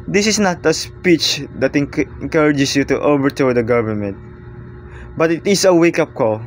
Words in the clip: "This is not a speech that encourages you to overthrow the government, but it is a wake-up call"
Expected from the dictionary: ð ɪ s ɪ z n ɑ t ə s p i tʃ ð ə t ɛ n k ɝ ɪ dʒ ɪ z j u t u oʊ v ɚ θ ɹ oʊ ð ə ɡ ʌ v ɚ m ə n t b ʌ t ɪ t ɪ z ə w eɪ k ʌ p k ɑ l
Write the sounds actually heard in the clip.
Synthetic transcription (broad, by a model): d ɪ s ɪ s n ɑ t ə s p i tʃ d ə t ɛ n k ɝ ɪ dʒ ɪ s j u t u oʊ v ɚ t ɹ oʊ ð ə ɡ ʌ v ɚ m ə n t b ʌ t ɪ t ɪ s ə w eɪ k ʌ p k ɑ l